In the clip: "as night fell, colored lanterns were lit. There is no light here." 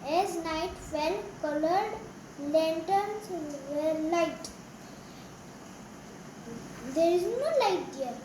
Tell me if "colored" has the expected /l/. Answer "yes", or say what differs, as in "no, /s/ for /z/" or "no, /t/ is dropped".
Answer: yes